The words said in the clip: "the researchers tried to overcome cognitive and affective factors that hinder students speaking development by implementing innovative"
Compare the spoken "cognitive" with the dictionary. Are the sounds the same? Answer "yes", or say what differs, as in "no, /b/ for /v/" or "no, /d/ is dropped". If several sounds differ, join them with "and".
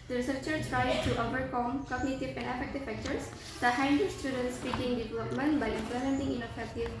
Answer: no, /p/ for /v/